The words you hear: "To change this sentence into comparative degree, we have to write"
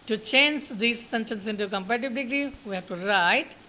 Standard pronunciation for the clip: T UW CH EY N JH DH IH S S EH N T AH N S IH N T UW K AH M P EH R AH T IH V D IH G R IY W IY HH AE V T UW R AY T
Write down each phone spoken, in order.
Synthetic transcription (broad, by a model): T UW CH EY N JH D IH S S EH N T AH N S IH N T UW K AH M P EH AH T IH B D IH G R IY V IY HH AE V T UW R AY T